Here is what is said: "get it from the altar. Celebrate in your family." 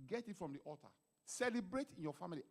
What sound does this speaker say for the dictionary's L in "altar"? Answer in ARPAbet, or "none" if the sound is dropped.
none